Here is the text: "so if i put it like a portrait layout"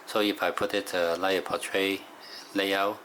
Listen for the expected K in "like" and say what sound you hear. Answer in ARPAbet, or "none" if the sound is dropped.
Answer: none